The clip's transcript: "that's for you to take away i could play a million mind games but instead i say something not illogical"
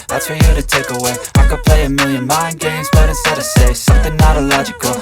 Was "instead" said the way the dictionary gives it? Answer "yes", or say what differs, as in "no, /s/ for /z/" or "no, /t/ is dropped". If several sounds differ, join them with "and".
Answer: no, /n/ is dropped